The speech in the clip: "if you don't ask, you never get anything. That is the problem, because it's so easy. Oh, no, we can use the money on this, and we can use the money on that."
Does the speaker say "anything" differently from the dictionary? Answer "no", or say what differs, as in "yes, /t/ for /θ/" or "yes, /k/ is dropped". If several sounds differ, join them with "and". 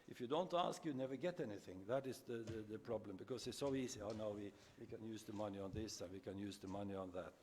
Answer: no